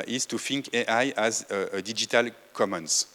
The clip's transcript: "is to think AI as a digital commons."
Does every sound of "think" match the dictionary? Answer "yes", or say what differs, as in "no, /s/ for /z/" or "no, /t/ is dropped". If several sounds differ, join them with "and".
no, /f/ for /θ/